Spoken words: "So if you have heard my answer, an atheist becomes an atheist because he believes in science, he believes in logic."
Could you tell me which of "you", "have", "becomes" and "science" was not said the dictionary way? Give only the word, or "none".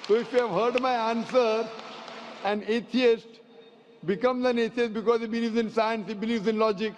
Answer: none